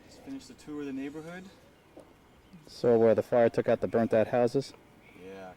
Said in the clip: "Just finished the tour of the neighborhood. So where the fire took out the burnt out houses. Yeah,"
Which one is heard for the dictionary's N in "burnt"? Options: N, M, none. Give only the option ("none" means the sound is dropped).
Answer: N